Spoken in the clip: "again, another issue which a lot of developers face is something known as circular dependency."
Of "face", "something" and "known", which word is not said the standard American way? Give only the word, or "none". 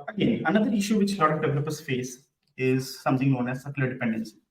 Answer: something